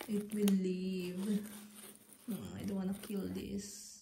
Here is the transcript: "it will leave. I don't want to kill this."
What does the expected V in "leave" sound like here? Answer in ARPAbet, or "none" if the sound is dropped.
V